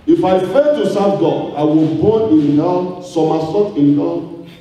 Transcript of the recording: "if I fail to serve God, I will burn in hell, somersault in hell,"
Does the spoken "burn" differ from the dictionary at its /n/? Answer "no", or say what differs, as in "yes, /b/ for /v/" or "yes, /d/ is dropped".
yes, /n/ is dropped